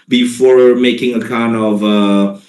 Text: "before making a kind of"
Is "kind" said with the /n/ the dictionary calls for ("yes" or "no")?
yes